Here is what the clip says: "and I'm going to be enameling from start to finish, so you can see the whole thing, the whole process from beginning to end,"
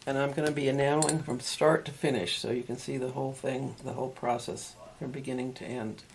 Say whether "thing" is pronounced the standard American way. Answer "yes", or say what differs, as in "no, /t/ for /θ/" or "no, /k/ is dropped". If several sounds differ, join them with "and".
yes